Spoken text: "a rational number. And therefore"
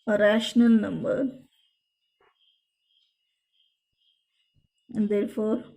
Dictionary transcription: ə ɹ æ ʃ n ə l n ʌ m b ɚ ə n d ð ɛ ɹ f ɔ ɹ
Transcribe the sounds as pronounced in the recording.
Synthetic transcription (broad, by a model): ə ɹ æ ʃ n ə l n ʌ m b ɚ ə n d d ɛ ɹ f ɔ ɹ